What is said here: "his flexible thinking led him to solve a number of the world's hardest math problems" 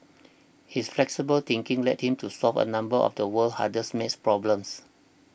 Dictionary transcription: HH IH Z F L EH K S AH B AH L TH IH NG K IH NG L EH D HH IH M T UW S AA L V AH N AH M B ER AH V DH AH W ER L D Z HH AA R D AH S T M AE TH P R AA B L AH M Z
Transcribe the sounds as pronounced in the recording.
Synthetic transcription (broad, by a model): HH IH S F L EH K S AH B AH L T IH NG K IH NG L EH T HH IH M T UW S AA L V AH N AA M B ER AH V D AH W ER L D HH AA D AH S M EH S P R AA B L AH M S